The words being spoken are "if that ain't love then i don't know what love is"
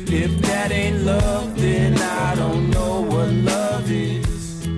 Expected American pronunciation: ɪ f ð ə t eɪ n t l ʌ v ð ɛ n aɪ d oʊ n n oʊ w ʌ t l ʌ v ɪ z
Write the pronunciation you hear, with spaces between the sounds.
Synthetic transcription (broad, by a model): ɪ f ð ə t eɪ n t l ʌ v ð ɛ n aɪ d oʊ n n oʊ w ʌ t l ʌ v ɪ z